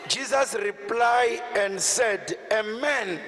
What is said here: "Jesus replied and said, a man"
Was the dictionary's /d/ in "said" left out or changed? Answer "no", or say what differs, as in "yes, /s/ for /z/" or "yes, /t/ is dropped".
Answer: no